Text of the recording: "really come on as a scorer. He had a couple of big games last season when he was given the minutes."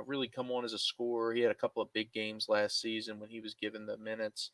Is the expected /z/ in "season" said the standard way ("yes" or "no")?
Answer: yes